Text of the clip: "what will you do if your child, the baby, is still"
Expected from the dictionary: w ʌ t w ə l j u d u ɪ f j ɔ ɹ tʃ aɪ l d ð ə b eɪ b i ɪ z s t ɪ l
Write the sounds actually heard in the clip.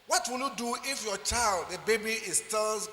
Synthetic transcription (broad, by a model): w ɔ t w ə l j u d u ɪ f j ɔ tʃ aɪ l d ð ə b eɪ b i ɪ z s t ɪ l